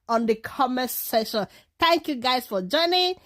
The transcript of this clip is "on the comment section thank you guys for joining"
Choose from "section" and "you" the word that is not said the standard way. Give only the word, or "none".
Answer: section